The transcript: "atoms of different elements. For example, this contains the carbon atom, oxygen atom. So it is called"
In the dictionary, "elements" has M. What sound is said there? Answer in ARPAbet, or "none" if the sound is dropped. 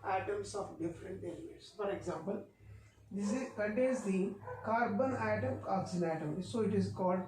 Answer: none